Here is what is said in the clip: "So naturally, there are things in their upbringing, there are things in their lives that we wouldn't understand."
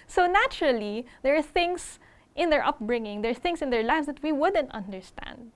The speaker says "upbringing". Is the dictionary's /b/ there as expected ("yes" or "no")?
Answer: yes